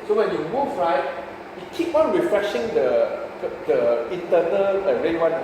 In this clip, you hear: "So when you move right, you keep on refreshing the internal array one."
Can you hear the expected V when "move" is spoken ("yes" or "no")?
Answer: no